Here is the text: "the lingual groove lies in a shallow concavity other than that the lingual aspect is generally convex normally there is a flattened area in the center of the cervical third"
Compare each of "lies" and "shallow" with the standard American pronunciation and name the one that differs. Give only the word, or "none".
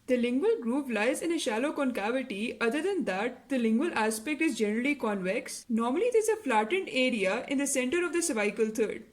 none